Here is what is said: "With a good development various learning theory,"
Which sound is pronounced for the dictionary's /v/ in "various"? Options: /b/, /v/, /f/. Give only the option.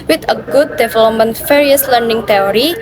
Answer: /f/